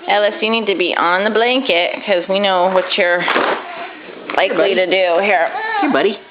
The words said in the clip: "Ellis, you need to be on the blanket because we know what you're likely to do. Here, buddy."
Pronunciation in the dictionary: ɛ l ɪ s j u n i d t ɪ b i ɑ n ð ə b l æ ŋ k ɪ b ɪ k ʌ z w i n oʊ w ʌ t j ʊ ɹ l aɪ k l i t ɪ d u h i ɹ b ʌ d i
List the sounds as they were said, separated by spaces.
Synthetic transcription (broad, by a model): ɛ l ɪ s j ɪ n i d t ɪ b i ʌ n ð ə b l æ ŋ k ɪ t k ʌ z w i n oʊ w ʌ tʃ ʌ ɹ l aɪ k l i t ɪ d u h i ɹ b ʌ d i